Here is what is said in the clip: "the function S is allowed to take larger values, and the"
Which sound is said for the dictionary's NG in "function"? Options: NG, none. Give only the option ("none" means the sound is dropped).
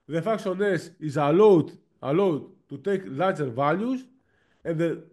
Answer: none